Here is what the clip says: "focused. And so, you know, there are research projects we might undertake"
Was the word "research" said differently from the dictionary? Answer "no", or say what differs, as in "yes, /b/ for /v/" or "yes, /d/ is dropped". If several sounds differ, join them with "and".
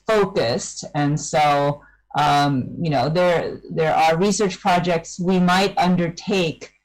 no